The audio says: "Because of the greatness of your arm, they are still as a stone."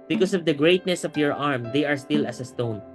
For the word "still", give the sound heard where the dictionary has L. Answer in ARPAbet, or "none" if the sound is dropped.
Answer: L